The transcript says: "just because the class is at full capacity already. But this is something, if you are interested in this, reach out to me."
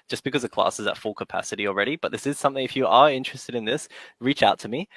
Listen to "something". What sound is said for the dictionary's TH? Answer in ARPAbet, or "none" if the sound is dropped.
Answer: TH